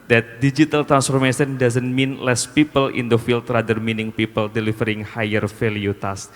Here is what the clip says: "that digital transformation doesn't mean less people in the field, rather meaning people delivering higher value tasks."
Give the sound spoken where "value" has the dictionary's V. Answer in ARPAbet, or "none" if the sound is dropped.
F